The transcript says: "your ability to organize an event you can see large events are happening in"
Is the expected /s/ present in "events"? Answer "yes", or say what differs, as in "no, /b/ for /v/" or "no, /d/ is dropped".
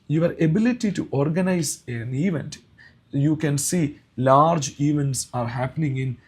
yes